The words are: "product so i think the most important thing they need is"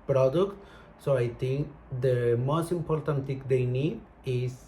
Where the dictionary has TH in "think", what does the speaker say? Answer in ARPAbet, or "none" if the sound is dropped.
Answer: T